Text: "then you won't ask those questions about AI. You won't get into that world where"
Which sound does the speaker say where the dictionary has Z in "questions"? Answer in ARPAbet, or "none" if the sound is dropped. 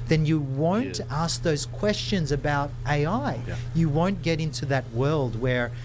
Z